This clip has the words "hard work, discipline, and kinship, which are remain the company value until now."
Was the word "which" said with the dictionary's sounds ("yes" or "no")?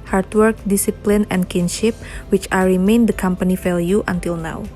yes